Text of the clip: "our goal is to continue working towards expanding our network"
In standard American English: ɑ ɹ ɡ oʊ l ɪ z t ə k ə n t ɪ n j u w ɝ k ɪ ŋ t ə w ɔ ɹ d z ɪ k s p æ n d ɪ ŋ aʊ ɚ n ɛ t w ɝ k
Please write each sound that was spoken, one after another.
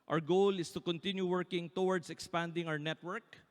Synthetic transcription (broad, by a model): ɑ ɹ ɡ oʊ l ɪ s t ə k ə n t ɪ n j u w ɝ k ɪ ŋ t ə w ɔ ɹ d s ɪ k s p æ n d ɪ ŋ aʊ ɚ n ɛ t w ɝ k